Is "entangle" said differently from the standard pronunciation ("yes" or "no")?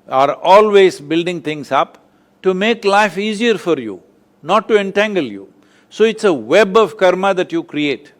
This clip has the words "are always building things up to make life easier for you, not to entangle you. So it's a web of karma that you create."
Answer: no